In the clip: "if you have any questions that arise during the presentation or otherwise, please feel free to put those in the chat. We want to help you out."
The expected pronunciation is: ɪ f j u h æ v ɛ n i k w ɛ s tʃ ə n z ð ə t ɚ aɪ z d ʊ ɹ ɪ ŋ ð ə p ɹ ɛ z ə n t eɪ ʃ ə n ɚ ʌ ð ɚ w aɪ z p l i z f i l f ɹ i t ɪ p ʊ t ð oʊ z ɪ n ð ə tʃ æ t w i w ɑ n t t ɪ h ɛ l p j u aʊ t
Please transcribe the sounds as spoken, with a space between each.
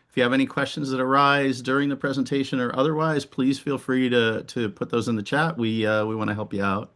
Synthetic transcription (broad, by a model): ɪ f j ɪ v ɛ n i k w ɛ s tʃ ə n z ð ə t ɚ aɪ z d ʊ ɹ ɪ ŋ ð ə p ɹ ɛ z ə n t eɪ ʃ ə n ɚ ʌ ð ɚ w aɪ z p l i z f i l f ɹ i t ɪ p ʊ t ð oʊ z ɪ n ð ə tʃ æ t w i w ɑ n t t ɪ h ɛ l p j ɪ aʊ t